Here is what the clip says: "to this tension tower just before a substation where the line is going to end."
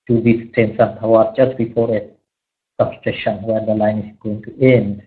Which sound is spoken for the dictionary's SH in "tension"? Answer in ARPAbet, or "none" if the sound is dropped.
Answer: S